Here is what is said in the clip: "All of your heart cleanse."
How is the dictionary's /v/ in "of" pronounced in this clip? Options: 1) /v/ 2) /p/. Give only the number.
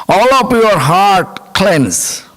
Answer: 2